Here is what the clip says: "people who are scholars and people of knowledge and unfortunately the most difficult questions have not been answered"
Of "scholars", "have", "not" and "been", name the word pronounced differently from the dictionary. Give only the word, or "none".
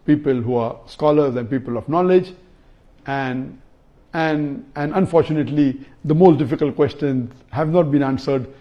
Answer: none